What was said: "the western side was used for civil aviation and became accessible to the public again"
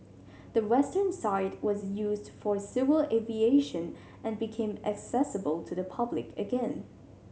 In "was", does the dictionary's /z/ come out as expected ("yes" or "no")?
yes